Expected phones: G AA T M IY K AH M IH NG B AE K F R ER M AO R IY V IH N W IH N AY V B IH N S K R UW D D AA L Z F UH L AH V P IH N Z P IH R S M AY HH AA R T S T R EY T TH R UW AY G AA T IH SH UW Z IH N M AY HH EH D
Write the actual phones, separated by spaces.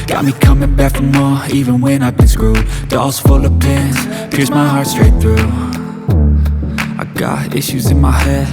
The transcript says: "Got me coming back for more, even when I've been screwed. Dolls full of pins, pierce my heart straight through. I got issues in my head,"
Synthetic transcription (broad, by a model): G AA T M IY K AH M IH NG B AE K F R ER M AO IY V IH N W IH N AY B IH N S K R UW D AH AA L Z F UH L AH V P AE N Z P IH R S M AY HH AA R T S T R EY T TH R UW AY G AA T IH SH UW Z IH N M AY HH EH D